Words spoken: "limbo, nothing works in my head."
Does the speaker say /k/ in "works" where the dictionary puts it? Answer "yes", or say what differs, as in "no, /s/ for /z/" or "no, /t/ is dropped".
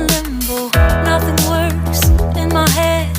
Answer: no, /k/ is dropped